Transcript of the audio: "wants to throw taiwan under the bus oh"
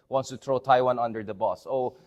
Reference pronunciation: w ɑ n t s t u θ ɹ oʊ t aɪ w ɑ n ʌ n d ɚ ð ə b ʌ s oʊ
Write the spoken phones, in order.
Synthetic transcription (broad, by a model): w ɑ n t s t u t ɹ oʊ t aɪ w ɑ n ʌ n d ɚ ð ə b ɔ s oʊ